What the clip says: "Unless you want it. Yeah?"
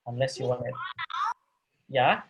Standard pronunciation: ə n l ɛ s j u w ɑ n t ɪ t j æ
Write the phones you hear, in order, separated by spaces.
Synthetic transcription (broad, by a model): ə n l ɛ s j u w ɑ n ɪ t j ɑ